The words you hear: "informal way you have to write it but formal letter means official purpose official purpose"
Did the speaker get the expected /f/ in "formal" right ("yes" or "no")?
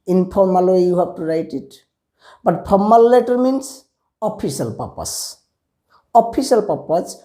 no